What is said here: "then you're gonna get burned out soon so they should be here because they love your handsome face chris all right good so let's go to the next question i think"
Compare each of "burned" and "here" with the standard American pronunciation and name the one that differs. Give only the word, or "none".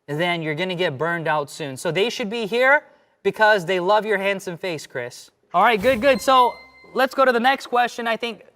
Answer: none